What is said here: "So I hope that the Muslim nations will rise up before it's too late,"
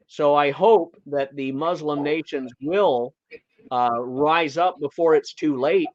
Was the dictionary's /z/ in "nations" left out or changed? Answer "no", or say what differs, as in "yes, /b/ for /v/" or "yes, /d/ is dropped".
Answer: no